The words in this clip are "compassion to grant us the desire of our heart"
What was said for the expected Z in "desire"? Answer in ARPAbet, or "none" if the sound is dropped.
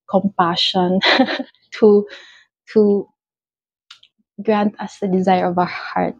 Z